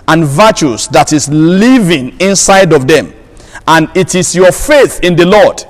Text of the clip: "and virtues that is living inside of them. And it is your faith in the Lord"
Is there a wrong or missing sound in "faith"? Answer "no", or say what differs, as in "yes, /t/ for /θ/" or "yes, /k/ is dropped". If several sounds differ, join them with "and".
no